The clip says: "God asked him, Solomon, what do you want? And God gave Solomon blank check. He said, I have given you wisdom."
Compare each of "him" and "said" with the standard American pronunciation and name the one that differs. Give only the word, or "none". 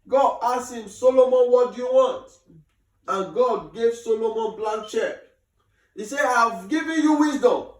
said